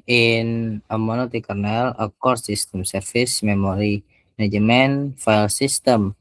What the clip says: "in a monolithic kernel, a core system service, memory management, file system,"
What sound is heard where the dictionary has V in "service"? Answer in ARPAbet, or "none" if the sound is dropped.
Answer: F